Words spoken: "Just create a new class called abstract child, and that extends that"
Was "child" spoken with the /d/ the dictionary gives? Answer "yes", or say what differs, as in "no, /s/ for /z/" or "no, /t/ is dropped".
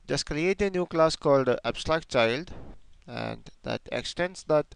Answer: yes